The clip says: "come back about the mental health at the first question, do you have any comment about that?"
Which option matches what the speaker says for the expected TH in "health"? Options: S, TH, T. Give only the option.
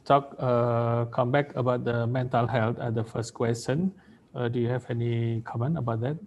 T